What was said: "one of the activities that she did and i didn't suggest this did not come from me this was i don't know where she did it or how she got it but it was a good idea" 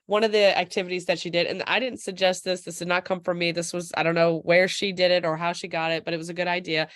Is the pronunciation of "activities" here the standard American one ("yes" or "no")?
yes